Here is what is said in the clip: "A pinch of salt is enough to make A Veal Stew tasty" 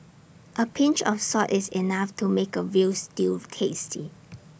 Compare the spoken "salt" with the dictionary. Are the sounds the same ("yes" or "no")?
no